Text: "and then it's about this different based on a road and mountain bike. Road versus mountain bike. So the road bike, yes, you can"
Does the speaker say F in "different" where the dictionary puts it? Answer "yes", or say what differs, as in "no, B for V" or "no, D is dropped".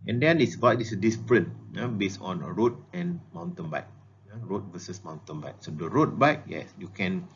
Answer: no, P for F